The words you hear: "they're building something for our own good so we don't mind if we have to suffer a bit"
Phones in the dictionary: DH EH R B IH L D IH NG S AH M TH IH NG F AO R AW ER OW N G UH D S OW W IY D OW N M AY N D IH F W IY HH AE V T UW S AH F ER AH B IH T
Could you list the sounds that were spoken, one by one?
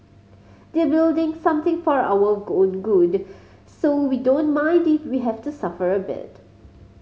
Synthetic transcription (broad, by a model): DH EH B IH L D IH NG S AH M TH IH NG F AO R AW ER OW N G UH D S OW W IY D OW N M AY N D IH F W IY HH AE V T UW S AH F ER AH B IH T